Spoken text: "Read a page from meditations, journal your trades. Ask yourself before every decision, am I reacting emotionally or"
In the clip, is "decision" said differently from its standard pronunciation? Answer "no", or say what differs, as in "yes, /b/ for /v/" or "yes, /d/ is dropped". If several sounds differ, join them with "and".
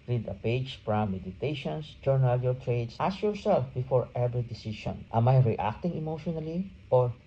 yes, /ʃ/ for /ʒ/